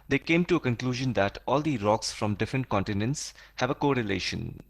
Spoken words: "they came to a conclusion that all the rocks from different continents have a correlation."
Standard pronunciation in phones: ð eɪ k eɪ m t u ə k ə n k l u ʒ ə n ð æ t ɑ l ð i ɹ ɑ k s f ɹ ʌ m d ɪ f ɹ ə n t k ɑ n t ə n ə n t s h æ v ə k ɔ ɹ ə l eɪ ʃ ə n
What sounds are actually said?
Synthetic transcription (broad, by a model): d eɪ k eɪ m t u ə k ə n k l u ʒ ə n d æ t ɑ l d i ɹ ɑ k s f ɹ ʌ m d ɪ f ɹ ə n t k ɑ n t ə n ə n t s h æ v ə k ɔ ɹ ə l eɪ ʃ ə n